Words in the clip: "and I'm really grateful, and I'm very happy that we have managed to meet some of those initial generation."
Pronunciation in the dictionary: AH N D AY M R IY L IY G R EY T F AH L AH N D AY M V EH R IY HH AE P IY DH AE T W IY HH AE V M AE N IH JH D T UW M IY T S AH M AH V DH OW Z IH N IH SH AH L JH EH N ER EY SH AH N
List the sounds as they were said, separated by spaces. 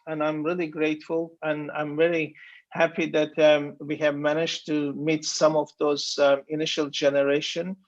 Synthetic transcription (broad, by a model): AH N AY M R IY L IY G R EY T F AH L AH N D AY M V EH R IY HH AE P IY DH AE T W IY HH AE V M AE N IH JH T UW M IY T S AH M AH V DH OW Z IH N IH SH AH L JH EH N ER EY SH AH N